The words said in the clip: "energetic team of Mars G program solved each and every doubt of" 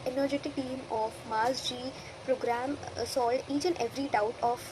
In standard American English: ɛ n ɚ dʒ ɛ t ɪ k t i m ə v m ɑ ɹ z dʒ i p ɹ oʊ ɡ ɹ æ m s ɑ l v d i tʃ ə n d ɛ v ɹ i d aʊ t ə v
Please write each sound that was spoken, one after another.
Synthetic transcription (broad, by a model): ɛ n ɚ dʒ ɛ t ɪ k t i m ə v m ɑ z dʒ i p ɹ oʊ ɡ ɹ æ m s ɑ l d i tʃ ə n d ɛ v ɹ i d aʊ t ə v